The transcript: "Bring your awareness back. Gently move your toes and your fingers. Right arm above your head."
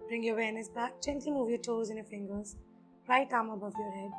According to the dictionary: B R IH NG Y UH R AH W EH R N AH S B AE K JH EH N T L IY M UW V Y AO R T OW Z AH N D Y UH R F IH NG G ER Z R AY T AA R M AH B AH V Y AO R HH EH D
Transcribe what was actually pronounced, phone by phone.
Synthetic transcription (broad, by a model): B R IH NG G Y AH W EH N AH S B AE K CH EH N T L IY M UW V Y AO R T OW Z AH N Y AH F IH NG G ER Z R AY T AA M AH B AH V Y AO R HH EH D